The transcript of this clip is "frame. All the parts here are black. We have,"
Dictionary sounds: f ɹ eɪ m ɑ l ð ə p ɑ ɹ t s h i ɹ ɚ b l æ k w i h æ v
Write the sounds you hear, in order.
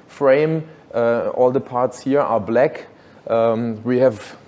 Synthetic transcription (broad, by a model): f ɹ eɪ m ɑ l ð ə p ɑ ɹ t s h i ɹ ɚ b l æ k w i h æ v